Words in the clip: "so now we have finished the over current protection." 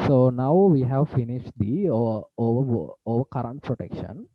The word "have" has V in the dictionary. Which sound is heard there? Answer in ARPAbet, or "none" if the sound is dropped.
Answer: V